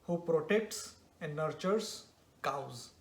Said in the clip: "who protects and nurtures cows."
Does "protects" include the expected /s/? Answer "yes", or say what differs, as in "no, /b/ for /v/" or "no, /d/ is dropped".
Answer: yes